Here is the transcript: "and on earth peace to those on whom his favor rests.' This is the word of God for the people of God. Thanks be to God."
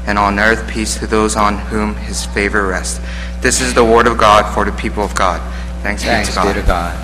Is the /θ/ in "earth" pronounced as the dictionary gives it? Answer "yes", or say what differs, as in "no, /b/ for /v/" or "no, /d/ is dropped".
yes